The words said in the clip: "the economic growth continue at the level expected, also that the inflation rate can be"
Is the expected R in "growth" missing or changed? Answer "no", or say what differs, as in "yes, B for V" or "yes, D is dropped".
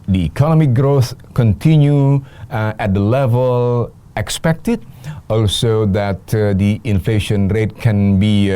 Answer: no